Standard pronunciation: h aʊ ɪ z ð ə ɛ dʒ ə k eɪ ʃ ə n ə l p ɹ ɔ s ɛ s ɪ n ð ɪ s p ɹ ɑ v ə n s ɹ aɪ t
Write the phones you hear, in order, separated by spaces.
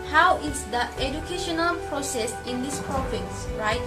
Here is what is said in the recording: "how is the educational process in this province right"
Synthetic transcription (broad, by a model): h aʊ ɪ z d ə ɛ dʒ ə k eɪ ʃ ə n ə l p ɹ ɔ s ɛ s ɪ n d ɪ s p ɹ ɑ f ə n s ɹ aɪ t